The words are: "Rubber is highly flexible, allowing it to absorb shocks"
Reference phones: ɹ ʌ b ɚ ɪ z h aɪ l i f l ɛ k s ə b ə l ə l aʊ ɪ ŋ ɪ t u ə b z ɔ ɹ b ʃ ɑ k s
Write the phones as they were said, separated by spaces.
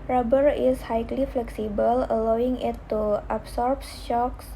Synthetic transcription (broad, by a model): ɹ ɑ b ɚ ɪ s h aɪ l i f l ɛ k s ə b ə l ə l aʊ ɪ ŋ ɪ t u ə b s ɔ ɹ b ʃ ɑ k s